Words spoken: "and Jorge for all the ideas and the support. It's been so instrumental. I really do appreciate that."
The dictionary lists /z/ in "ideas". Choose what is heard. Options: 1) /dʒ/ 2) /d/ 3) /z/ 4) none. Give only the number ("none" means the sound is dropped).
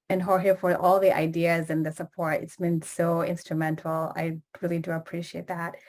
3